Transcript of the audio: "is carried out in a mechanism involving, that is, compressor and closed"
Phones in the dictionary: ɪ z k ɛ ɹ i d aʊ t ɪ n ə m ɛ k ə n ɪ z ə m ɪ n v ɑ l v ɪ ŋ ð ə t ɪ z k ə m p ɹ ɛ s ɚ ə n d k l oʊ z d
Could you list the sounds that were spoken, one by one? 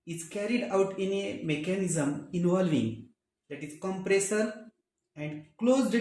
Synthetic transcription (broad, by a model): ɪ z k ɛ ɹ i d aʊ t ɪ n ə m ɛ k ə n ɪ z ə m ɪ n v ɑ l v ɪ ŋ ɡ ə t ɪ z k ə m p ɹ ɛ s ɚ ə n d k l oʊ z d